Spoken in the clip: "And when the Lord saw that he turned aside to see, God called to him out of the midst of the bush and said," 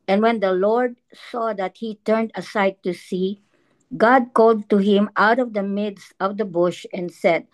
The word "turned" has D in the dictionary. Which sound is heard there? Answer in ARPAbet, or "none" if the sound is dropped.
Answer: D